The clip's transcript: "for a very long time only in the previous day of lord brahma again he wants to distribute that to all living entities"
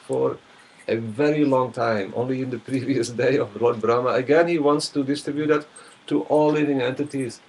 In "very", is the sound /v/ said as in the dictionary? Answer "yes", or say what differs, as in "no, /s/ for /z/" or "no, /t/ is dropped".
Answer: yes